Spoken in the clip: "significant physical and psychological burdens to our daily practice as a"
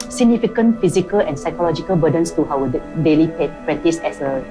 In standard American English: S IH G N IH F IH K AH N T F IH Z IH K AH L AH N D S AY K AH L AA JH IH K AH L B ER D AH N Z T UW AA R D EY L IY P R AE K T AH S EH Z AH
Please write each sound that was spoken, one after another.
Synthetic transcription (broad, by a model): S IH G N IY F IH K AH N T F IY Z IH K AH L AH N S AY K AH L AA JH IH K AH L B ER D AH N S T UW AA W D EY L IY P R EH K T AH S EH S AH